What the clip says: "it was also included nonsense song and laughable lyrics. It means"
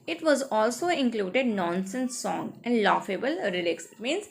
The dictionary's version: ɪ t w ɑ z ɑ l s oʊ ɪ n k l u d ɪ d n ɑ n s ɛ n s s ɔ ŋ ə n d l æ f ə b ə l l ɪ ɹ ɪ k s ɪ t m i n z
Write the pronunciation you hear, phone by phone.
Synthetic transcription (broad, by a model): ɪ t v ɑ z ɑ l s oʊ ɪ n k l u d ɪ d n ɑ n s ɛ n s s ɔ ŋ ə n d l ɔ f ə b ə l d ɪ l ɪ k s ɪ t m i n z